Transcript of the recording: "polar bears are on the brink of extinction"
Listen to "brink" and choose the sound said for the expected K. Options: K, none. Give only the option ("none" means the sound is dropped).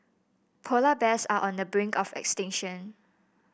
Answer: K